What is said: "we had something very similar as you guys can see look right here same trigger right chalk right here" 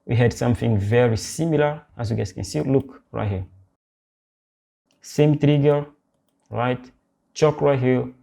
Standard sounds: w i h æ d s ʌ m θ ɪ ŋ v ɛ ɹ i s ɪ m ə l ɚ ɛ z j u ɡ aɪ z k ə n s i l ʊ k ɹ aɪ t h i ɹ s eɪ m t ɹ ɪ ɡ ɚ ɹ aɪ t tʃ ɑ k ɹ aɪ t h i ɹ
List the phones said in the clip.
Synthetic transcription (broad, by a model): w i h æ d s ʌ m θ ɪ ŋ v ɛ ɹ i s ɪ m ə l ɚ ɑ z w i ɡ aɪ s k ə n s i l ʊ k ɹ aɪ t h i s eɪ m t ɹ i ɡ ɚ ɹ aɪ t tʃ ɑ k ɹ aɪ t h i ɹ